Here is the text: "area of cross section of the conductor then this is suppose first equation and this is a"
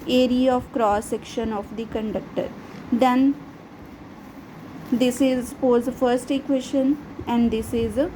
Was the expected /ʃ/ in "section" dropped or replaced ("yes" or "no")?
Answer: no